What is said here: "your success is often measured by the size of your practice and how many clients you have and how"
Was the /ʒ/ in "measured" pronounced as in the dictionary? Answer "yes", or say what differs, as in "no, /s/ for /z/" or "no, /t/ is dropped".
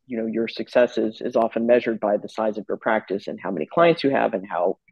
yes